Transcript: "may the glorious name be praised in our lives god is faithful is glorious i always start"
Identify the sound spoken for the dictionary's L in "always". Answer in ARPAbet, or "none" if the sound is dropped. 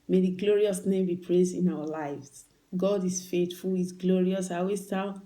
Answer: none